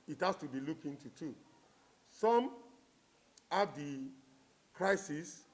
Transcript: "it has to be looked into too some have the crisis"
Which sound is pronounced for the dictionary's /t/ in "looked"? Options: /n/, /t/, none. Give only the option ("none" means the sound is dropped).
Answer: none